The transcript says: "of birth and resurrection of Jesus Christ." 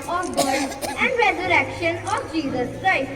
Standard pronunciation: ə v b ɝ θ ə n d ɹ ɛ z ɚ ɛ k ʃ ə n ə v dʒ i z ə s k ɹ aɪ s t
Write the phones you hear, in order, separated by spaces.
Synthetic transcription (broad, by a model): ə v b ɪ s ə n d ɹ ɛ z ɚ ɛ k ʃ ə n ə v dʒ i z ə s k ɹ aɪ s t